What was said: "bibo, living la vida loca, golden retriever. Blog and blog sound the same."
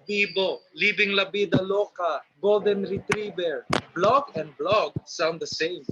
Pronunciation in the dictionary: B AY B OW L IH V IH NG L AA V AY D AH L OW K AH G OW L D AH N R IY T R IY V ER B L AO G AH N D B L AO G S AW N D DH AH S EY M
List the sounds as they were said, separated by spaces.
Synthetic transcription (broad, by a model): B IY B OW L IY B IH NG L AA B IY D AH L OW K AH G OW L D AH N R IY T R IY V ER B L AO G AH N D B L AO G S AW N D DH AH S EY M